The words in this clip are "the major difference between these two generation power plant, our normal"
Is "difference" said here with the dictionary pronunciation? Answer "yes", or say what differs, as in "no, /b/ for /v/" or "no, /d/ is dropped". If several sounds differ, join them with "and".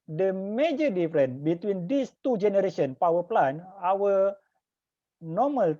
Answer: no, /s/ is dropped